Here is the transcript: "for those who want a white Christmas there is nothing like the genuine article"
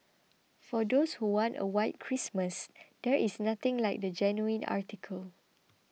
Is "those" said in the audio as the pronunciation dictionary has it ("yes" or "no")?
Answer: no